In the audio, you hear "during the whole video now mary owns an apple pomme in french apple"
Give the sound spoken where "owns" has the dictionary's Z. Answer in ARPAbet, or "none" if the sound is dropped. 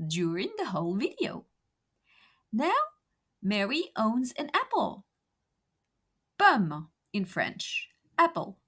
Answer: Z